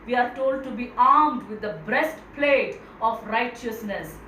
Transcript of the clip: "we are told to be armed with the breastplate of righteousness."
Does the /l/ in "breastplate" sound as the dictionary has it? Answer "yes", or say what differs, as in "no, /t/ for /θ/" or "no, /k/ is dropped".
yes